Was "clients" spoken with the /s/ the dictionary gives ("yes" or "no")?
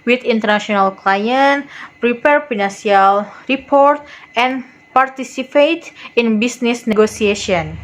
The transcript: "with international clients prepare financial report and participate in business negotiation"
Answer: no